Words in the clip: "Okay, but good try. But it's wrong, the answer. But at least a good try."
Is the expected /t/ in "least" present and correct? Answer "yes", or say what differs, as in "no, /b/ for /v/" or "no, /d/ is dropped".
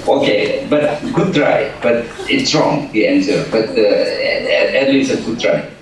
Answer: no, /t/ is dropped